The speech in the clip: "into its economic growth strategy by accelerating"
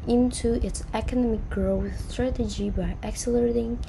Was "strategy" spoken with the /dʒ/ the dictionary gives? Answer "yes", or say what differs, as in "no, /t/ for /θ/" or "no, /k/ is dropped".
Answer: yes